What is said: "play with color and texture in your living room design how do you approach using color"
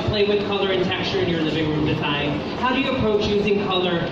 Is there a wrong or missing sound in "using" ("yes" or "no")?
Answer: no